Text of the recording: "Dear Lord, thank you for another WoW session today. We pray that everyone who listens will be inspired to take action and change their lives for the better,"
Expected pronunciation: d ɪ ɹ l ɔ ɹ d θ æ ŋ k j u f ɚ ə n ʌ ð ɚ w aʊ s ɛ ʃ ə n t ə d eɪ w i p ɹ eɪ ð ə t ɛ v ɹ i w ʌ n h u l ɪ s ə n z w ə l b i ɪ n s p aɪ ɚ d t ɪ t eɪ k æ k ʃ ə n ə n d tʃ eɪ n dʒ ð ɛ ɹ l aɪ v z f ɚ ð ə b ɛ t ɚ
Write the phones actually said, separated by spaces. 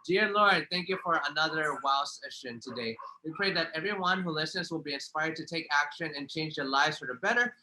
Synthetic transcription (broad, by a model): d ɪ ɹ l ɔ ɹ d θ æ ŋ k j u f ɚ ə n ʌ ð ɚ w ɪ s ɛ ʃ ə n t ə d eɪ w i p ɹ eɪ ð ə t ɛ v ɹ i w ʌ n h u l ɪ s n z w ə l b i ɪ n s p aɪ ɚ d t ɪ t eɪ k æ k ʃ ə n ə n tʃ eɪ n dʒ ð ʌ ɹ l aɪ v z f ɚ ð ə b ɛ t ɚ